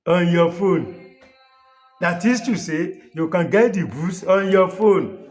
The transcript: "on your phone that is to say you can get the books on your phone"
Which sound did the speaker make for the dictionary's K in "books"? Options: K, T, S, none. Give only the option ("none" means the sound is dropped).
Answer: none